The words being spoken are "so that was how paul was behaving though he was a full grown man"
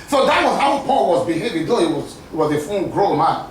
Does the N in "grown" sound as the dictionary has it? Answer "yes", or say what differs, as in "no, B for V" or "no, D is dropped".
no, L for N